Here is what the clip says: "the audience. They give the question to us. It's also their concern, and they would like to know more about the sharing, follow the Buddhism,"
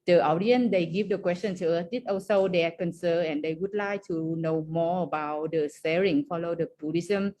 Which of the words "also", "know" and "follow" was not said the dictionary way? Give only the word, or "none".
also